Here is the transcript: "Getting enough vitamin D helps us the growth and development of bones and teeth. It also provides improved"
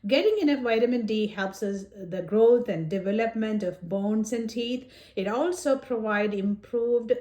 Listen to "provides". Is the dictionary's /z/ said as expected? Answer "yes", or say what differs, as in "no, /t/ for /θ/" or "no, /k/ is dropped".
no, /z/ is dropped